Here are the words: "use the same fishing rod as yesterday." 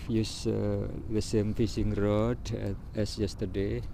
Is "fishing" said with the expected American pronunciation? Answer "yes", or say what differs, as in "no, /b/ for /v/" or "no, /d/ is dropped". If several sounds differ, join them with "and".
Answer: no, /s/ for /ʃ/